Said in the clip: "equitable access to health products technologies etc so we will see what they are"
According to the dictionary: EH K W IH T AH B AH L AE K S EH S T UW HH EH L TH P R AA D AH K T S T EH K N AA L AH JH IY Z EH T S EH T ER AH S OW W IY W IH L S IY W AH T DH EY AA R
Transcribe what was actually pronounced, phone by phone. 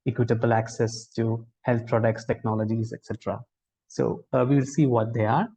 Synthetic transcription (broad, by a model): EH K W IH T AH B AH L AE K S EH S T UW HH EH L T P R AA D AH K T S T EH K N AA L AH JH IY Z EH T S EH T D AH S OW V IY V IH L S IY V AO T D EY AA R